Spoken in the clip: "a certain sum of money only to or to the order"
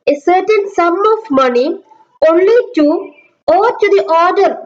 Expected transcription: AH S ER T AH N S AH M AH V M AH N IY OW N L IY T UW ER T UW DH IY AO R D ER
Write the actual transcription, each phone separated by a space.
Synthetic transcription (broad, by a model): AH S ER T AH N S AH M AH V M AH N IY OW N L IY T UW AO T UW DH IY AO R D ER